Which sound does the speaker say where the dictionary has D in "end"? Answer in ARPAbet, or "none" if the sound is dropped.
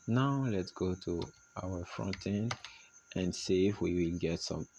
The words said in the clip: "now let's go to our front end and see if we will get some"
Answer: none